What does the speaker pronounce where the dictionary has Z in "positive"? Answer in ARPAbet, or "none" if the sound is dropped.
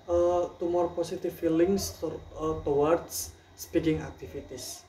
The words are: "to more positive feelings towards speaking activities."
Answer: S